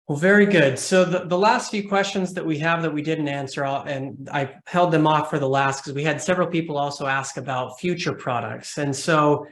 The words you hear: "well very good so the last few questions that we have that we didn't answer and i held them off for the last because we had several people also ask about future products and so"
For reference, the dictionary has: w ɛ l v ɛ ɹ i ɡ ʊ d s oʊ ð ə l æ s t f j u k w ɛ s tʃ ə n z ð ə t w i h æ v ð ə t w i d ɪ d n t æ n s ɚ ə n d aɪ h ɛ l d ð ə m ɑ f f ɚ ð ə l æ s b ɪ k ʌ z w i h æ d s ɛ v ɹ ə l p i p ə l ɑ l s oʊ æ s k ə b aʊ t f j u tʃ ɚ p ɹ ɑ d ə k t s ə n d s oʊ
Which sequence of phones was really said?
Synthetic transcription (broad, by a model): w v ɛ ɹ i ɡ ʊ d s oʊ ð ə l æ s t f j u k w ɛ s tʃ ə n z ð ə t w i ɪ v ð ə t w i d ɪ d n t æ n s ɚ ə n aɪ h ɛ l d ð ə m ɑ f f ɚ ð ə l æ s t k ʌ z w i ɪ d s ɛ v ɹ l p i p l ɑ l s oʊ æ s k ə b aʊ t f j u tʃ ɚ p ɹ ɑ d ə k t s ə n s oʊ